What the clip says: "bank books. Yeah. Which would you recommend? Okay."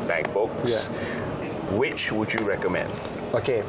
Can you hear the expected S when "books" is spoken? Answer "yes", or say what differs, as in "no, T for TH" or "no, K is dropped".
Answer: no, S is dropped